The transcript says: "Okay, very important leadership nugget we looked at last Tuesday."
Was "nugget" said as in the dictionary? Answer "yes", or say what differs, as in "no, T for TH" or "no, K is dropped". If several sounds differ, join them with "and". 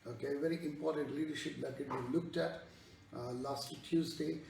no, L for N